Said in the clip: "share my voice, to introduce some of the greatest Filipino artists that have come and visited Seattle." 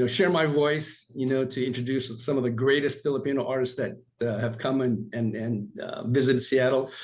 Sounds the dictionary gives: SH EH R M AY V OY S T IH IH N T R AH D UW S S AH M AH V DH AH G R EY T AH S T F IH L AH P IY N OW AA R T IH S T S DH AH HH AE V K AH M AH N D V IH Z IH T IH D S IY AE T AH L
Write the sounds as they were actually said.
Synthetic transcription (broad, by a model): SH EH R M AY V OY S T IH IH N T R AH D UW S S AH M AH V DH AH G R EY T AH S T F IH L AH P IY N OW AA R T IH S T S DH AH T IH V K AH M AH N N V IH Z IH T IH D S IY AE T L